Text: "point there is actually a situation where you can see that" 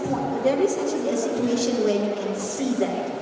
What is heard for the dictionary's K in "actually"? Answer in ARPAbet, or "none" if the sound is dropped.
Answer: none